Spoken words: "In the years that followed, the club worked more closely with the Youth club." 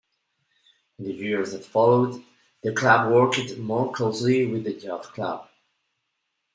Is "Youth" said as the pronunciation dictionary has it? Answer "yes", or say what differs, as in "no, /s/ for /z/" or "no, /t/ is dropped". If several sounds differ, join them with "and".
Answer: no, /f/ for /θ/